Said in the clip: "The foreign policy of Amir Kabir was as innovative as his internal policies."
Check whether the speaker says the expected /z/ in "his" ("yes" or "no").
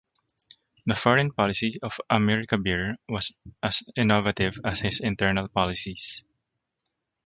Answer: no